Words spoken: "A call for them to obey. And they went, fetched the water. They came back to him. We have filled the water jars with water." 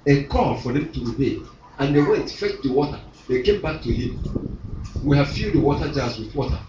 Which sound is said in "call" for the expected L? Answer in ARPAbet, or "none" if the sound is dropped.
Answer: N